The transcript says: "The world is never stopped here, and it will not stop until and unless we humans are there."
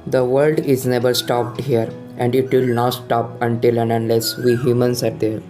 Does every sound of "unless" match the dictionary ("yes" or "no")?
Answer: yes